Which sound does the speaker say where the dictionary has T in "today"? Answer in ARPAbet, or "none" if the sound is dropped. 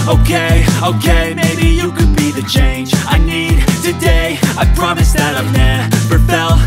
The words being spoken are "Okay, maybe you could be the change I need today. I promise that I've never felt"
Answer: T